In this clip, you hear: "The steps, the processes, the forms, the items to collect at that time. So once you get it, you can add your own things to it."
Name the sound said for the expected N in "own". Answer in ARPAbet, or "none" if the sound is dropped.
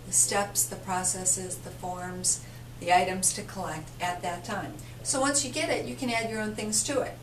N